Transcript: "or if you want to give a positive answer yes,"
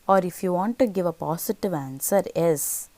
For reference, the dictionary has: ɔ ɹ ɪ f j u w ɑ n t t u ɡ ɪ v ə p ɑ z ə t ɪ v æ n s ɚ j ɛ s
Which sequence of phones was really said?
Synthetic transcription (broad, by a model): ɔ ɹ ɪ f j u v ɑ n t t u ɡ ɪ v ə p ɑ s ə t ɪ v æ n s ɚ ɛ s